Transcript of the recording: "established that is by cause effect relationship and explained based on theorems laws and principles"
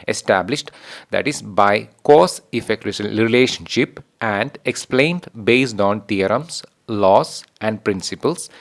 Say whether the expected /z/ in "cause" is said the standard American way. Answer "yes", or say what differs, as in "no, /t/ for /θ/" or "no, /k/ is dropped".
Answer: no, /s/ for /z/